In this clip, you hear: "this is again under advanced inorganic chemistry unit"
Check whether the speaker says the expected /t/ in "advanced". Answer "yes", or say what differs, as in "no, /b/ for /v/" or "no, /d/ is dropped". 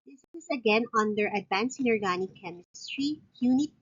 no, /t/ is dropped